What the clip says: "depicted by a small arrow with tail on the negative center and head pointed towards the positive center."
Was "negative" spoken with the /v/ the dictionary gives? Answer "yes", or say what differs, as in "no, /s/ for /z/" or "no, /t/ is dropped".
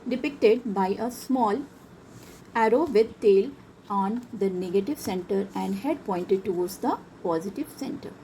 yes